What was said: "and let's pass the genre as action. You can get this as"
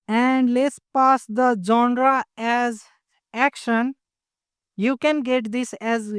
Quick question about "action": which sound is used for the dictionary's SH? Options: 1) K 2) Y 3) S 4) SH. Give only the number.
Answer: 4